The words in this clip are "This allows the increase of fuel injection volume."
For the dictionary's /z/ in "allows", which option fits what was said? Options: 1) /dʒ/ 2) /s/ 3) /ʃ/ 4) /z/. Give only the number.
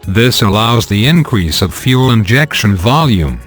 4